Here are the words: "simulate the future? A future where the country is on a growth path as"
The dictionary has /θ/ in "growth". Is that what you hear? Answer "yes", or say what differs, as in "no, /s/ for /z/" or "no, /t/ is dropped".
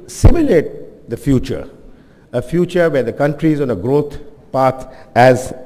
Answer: no, /t/ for /θ/